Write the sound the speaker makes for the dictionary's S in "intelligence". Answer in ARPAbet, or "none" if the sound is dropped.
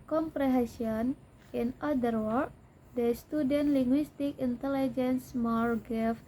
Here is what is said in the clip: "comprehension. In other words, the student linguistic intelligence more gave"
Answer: S